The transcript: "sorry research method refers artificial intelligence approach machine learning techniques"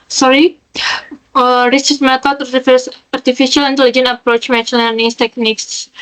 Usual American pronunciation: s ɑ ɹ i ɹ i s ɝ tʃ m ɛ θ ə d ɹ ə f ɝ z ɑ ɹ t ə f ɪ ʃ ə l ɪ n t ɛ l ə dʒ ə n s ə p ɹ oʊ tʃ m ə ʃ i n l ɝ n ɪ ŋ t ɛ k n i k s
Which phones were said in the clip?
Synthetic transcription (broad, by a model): s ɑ ɹ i ɹ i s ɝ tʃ m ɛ t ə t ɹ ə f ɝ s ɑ ɹ t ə f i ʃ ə l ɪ n t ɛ l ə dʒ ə n ə p ɹ oʊ tʃ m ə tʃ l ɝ n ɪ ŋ t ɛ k n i k s